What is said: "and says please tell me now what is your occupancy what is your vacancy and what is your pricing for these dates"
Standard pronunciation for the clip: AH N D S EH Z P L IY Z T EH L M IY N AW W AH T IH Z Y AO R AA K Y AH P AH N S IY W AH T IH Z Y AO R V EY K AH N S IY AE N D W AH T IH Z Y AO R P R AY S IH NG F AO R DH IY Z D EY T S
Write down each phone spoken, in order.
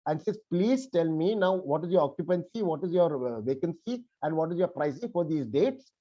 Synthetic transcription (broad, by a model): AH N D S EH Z P L IY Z T EH L M IY N AW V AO T IH Z Y AO R AA K Y AH P AH N S IY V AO T IH Z Y AO R V EY K AH N S IY AE N D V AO T IH Z Y AO R P R AY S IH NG F AO R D IY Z D EY T S